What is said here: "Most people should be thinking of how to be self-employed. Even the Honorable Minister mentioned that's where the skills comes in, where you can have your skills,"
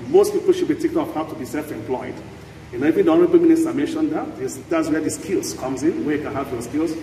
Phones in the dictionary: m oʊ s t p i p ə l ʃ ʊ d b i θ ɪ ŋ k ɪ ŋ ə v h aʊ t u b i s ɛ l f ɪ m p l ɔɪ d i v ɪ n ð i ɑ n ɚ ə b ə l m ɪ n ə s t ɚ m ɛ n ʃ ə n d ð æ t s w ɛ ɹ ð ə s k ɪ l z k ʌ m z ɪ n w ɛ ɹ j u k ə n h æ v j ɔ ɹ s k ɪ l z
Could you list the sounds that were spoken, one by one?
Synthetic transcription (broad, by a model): m oʊ s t p i p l ʃ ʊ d b i t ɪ k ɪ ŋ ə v h aʊ t u b i s ɛ l f ɪ m p l ɔɪ d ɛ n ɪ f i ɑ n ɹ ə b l m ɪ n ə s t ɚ m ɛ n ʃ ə n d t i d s w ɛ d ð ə s k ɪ l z k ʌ m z ɪ n w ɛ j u k ə n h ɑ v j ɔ s k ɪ l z